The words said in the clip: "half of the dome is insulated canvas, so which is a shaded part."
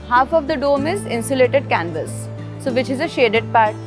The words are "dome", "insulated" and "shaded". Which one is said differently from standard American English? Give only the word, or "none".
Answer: none